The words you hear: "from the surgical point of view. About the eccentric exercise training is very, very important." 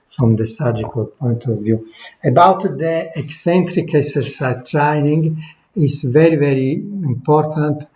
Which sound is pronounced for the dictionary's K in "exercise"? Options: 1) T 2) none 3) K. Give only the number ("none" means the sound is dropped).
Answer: 2